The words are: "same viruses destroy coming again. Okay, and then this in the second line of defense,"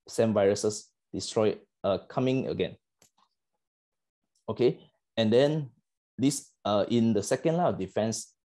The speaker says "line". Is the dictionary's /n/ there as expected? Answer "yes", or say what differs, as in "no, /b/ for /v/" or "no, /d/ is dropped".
no, /n/ is dropped